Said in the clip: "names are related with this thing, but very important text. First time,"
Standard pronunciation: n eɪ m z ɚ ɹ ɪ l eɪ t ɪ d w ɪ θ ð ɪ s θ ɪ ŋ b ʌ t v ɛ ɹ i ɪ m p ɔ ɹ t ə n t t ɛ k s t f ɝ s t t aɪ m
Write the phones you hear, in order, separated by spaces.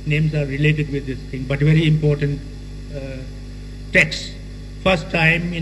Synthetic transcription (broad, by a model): n eɪ m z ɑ ɹ ɪ l eɪ t ɪ d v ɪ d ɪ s t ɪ ŋ b ʌ t v ɛ ɹ i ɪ m p ɔ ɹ t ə n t t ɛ k s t f ɝ s t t aɪ m